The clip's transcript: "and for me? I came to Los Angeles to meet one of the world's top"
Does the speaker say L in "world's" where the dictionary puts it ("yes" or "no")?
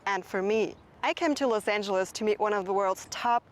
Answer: yes